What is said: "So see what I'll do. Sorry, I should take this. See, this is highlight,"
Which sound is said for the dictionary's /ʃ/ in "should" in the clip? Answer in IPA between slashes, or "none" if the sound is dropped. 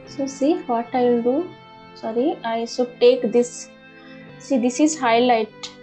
/s/